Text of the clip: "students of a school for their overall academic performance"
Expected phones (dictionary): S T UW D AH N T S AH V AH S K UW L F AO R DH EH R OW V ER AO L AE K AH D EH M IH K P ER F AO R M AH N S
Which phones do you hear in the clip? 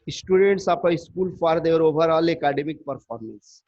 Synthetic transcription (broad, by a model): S T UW D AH N T S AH P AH S K UW L F AO R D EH R OW V ER AO L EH K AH D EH M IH K P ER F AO R M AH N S